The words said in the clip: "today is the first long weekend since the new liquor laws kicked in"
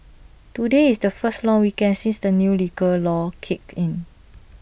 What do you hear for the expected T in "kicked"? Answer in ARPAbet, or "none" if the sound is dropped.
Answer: none